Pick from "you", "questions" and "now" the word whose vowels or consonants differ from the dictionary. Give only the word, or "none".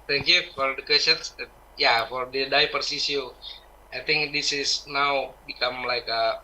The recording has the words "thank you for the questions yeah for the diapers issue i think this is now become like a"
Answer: questions